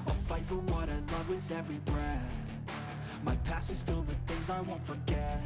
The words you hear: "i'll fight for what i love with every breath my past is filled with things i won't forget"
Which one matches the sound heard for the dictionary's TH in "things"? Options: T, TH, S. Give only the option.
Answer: TH